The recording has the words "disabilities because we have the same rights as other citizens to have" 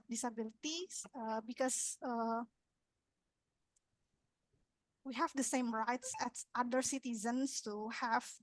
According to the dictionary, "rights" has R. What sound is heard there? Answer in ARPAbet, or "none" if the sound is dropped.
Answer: R